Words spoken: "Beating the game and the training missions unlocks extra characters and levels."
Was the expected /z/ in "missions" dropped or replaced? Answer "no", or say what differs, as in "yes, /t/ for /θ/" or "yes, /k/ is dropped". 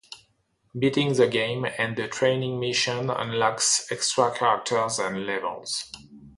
yes, /z/ is dropped